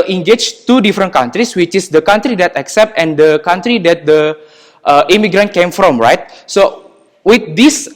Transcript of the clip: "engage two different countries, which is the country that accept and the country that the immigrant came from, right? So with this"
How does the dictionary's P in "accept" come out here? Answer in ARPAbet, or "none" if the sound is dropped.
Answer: P